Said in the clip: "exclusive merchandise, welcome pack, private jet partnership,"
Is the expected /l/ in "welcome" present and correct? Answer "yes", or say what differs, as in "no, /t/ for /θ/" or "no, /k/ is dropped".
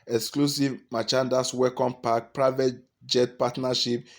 no, /l/ is dropped